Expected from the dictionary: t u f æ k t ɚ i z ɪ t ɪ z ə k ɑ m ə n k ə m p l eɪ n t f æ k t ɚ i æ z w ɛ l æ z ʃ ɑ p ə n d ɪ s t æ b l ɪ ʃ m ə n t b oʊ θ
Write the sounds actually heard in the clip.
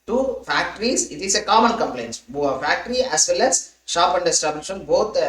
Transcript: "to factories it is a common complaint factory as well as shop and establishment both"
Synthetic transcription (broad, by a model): t u f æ k t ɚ i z ɪ t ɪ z ə k ɑ m ə n k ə m p l eɪ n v f æ k t ɚ i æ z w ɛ l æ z ʃ ɑ p ə n d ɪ s t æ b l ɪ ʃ ə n b oʊ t